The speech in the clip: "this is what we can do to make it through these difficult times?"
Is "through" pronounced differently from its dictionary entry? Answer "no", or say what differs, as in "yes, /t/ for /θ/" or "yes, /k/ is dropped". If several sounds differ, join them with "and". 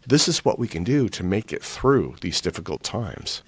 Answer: no